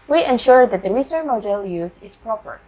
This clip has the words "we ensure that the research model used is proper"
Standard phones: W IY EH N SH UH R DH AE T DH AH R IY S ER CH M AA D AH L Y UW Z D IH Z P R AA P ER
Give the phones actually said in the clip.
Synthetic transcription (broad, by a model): W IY EH N SH UH R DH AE T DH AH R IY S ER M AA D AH L Y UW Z IH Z P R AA P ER